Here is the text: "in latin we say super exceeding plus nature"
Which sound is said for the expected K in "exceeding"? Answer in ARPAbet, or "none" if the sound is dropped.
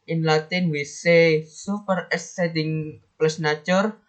none